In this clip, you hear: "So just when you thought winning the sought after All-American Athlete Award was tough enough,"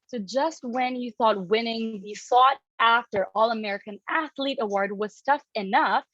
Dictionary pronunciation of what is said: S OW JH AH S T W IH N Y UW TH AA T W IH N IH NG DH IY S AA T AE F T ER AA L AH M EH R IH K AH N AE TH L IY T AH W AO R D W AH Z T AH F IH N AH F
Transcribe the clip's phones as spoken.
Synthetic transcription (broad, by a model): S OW JH AH S T W IH N Y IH TH AA T W IH N IH NG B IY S AA T AE F T ER AA L AH M EH R IH K AH N AE TH L IY T AH W AO R D W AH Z T AH F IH N AH F